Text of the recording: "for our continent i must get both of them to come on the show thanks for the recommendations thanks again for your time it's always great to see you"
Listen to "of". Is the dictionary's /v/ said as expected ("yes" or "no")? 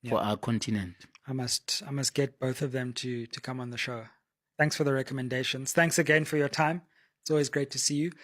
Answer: yes